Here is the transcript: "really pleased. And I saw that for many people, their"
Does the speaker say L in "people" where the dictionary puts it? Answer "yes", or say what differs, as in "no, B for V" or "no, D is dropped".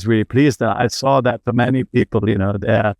no, N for L